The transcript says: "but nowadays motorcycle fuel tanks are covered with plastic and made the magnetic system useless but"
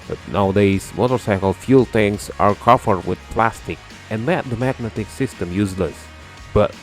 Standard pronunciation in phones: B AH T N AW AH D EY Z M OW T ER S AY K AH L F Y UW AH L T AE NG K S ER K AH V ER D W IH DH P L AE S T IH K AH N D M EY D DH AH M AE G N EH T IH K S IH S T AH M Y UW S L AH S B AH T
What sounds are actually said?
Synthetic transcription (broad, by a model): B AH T N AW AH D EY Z M OW T ER S AY K AH L F Y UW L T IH NG S ER K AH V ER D W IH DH P L AE S T IH K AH N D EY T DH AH M AE G N EH T IH K S IH S T AH M Y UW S L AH S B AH T